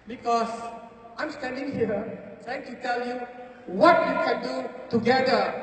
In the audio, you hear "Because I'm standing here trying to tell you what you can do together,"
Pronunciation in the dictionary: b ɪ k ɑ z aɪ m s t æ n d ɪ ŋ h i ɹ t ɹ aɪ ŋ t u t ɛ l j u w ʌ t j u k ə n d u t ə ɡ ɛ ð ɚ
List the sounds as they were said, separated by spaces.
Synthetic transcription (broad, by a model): b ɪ k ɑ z aɪ m s t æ n d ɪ ŋ h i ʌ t aɪ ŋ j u t ɛ l j u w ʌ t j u k ə n d u t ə ɡ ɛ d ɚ